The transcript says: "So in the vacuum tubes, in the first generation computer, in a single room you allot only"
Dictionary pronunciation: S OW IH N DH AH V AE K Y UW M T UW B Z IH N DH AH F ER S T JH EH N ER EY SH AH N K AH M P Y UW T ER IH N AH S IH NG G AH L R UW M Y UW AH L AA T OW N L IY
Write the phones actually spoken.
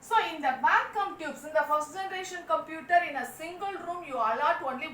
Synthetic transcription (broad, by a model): S OW IH N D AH B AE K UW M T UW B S IH N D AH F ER S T JH EH N ER EY SH AH N K AH M P Y UW T ER IH N AH S IH NG G AH L R UW M Y UW AH L AA T OW N L IY